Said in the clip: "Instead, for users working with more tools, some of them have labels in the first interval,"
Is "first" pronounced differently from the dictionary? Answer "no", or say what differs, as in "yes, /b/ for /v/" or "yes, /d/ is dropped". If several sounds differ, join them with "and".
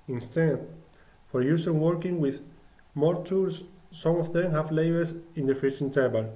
yes, /t/ is dropped